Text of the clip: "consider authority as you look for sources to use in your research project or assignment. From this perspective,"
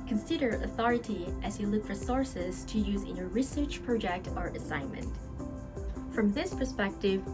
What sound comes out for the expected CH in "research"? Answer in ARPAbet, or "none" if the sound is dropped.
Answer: CH